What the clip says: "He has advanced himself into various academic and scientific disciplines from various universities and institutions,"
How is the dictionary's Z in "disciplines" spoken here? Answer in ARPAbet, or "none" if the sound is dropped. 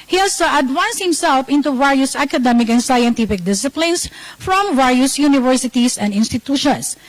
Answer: S